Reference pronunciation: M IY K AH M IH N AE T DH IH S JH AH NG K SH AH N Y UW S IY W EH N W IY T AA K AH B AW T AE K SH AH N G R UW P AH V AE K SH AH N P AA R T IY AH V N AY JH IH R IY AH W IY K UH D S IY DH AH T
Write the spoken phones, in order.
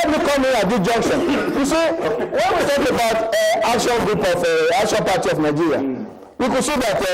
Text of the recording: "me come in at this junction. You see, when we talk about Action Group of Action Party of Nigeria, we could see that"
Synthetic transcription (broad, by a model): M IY K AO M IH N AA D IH JH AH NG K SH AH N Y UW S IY W EH N W IY T AA K AH B AW T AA K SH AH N G R UW P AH F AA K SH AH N P AA T IY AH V N AY JH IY R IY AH W IY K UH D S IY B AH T